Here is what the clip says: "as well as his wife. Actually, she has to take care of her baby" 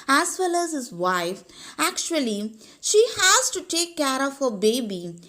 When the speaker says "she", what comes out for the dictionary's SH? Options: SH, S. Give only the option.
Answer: SH